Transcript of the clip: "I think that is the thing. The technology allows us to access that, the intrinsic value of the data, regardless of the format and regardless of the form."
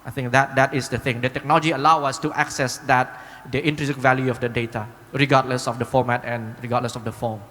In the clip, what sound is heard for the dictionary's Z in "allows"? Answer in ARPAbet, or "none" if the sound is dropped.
none